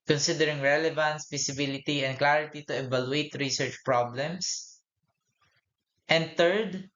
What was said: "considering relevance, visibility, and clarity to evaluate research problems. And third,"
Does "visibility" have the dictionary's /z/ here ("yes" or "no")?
no